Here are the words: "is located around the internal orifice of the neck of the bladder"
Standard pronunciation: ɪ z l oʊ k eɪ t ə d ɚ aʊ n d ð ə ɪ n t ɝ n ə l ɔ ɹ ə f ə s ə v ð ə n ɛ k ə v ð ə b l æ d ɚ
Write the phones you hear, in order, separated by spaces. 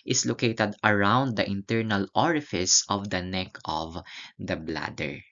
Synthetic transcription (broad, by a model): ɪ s l oʊ k eɪ t ə d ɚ aʊ n d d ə ɪ n t ɝ n ə l ɔ ɹ ə f ə s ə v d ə n ɛ k ə v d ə b l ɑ d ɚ